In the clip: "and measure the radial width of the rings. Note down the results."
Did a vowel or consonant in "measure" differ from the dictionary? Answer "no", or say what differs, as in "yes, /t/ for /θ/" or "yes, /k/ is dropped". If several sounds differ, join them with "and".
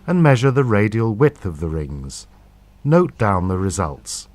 no